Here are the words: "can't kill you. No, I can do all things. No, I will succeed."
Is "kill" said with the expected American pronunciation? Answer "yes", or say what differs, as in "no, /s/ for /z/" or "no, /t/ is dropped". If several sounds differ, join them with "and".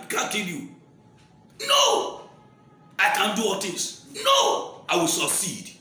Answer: no, /n/ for /l/